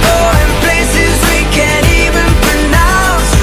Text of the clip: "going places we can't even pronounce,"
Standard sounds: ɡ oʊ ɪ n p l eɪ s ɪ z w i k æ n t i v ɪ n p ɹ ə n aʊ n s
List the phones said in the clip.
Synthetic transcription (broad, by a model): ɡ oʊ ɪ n p l eɪ s ɪ z w i k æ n i v ɪ n p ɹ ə n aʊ n s